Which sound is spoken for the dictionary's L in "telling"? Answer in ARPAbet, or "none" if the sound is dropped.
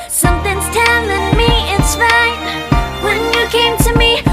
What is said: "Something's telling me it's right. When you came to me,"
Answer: N